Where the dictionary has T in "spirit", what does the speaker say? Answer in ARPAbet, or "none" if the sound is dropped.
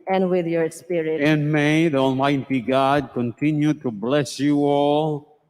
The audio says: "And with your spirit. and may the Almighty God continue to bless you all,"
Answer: none